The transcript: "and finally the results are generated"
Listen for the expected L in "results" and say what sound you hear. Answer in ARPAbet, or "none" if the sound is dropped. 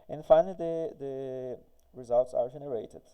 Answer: L